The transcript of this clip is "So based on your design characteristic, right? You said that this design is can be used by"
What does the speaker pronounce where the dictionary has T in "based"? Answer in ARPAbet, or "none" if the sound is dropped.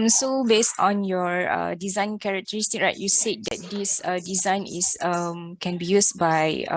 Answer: T